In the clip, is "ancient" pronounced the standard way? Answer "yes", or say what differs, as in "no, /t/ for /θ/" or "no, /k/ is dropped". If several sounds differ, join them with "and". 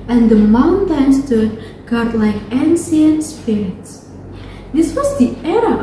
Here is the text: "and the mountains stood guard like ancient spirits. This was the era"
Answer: no, /s/ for /ʃ/